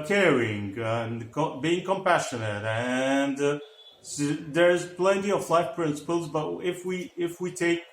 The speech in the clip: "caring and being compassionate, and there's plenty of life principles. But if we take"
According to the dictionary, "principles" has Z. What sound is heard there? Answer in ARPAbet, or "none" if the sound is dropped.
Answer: Z